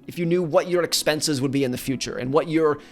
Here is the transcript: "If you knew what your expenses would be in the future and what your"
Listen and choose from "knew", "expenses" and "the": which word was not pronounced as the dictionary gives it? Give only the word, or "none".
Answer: none